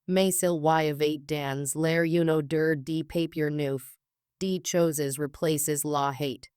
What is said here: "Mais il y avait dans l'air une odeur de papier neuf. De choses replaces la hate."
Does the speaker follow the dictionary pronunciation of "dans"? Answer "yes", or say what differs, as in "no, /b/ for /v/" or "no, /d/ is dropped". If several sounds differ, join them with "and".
yes